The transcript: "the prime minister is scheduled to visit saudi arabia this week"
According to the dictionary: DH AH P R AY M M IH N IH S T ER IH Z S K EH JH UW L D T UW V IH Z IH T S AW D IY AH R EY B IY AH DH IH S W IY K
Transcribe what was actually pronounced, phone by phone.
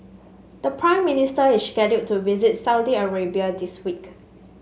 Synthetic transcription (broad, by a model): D AH P R AY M M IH N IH S T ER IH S K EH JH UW D T UW V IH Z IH T S AW D IY AH R EY B IY AH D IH S W IY K